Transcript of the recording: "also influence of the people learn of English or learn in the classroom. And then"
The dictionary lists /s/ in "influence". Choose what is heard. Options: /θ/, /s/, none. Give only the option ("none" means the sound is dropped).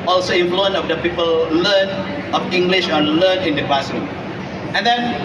none